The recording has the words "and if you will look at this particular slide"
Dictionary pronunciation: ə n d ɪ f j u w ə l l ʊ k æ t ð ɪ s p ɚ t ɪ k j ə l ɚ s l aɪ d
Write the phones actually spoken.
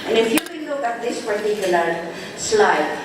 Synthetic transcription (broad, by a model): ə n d ɪ f j u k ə n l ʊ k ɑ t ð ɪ s p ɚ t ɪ k j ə l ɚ s l aɪ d